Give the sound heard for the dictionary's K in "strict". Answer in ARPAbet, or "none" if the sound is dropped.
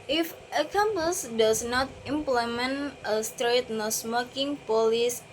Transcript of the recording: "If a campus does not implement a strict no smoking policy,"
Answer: none